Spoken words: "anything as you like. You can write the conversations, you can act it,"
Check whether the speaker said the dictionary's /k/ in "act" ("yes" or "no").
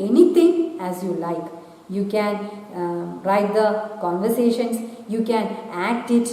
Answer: yes